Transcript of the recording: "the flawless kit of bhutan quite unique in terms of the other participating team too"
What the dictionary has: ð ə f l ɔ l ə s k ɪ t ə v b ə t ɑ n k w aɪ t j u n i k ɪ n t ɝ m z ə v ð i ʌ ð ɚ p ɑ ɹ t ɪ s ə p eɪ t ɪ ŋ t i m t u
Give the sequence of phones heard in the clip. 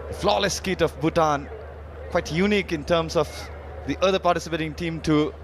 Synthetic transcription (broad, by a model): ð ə f l ɔ l ə s k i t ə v b ə t ɑ n k w aɪ t j u n i k ɪ n t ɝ m s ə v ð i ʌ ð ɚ p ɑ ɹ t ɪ s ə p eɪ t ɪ ŋ t i m t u